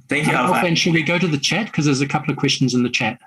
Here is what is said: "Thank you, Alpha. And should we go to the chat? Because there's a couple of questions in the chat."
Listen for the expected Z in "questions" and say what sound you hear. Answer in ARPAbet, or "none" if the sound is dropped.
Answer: Z